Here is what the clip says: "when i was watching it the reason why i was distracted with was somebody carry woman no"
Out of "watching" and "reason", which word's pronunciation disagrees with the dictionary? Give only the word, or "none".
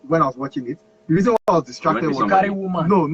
none